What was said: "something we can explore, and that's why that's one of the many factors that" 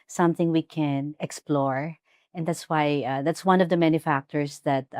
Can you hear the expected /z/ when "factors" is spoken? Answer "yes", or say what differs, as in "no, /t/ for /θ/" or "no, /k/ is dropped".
no, /s/ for /z/